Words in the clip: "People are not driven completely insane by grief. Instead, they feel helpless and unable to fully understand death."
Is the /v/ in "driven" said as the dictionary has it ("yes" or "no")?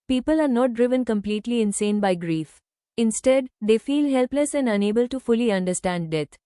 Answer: yes